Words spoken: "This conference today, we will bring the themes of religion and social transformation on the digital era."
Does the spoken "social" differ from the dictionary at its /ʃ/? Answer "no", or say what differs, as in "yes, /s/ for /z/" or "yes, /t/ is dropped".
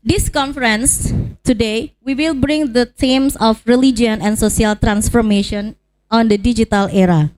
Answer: yes, /s/ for /ʃ/